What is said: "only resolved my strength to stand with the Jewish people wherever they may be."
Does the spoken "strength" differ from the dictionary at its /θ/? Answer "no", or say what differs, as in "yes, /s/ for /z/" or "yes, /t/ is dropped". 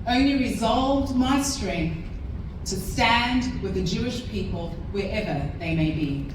no